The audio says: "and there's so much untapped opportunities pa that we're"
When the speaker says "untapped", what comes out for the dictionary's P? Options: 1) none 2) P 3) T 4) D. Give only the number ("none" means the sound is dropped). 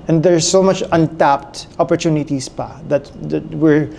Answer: 2